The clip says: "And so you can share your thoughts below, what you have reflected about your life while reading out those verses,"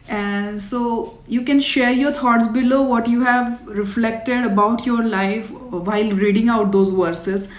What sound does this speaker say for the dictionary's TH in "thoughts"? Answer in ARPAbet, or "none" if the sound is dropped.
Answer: T